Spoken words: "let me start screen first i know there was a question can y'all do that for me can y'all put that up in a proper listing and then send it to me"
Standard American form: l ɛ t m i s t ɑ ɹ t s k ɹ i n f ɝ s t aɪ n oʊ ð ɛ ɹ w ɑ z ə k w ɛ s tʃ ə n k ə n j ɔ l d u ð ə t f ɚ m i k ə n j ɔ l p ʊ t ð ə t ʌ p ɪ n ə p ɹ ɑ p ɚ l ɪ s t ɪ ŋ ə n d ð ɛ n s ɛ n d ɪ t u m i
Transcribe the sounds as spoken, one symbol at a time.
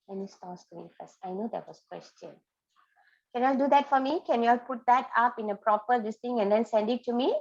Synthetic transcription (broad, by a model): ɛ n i s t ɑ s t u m i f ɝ s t aɪ n oʊ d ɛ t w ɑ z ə k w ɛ s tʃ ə n k ə n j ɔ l d u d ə t f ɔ m i k ə n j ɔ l p ʊ t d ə t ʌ p ɪ n ə p ɹ ɑ p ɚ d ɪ s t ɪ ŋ ə n d ɛ n s ɛ n d ɪ t u m i